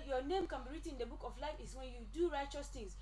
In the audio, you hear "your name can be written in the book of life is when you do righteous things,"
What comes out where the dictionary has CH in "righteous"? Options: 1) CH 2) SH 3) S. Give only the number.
1